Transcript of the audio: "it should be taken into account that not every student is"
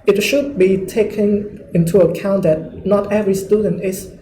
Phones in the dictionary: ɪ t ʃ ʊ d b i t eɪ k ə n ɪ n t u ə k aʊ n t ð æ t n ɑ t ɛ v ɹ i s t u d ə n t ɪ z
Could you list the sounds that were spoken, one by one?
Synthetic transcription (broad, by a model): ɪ t ʃ ʊ d b i t eɪ k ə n ɪ n t u ə k aʊ n t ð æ t n ɑ t ɛ v ɹ i s t u d ə n t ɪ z